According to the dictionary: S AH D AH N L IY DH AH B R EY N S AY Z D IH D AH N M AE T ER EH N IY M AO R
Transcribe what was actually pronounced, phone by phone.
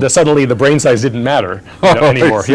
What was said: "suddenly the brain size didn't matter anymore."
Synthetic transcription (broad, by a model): S AH D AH N L IY DH AH B R EY N S AY Z D IH D N M AE T ER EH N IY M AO R